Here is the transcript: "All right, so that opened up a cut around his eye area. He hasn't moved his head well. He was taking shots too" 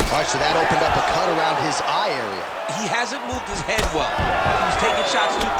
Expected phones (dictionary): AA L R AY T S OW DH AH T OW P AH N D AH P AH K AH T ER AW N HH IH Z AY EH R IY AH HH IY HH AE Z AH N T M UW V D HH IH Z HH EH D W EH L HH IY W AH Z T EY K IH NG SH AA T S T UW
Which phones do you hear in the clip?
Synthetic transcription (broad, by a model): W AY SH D DH AH T OW P AH N D AH P AH K AH T ER AW N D IH Z AY EH R IY AH HH IY HH AE Z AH N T M UW V D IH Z HH EH D W EH L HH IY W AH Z T EY IH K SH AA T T